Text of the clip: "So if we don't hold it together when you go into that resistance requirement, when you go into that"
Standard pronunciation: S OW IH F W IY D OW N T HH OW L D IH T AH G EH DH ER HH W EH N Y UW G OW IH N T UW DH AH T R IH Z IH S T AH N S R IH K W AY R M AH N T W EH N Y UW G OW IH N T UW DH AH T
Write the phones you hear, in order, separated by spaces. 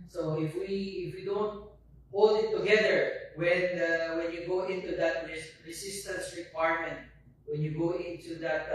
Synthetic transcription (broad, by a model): S OW IH F W IY D OW N T HH OW L D IH T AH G EH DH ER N W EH N Y UW G OW IH N T UW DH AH T R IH S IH S T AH N S R IH K W AY R M AH N T W EH N Y UW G OW IH N T UW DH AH T